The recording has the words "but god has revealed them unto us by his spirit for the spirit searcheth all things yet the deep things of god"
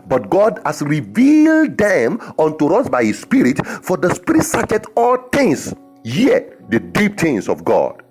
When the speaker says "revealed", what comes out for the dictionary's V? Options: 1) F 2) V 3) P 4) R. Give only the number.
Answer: 2